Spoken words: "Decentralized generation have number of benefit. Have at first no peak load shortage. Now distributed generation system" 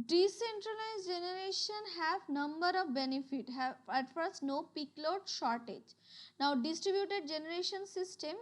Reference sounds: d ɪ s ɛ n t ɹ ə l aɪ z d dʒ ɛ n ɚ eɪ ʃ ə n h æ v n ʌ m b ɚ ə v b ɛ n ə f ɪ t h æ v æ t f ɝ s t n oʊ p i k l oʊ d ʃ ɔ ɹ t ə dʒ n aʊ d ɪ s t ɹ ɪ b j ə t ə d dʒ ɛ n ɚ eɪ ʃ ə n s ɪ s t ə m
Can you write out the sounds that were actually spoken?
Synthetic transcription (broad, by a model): d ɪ s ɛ n t ɹ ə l aɪ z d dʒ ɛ n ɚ eɪ ʃ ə n h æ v n ʌ m b ɚ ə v b ɛ n ə f ɪ t h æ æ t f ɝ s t n oʊ p i k l oʊ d ʃ ɔ ɹ t ə dʒ n aʊ d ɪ s t ɹ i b j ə t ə d dʒ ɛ n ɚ eɪ ʃ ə n s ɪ s t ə m